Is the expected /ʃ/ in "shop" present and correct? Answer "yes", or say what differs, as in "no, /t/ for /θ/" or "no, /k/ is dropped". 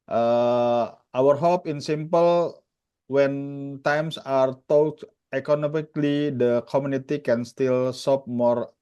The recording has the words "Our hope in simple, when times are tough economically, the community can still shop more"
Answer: no, /s/ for /ʃ/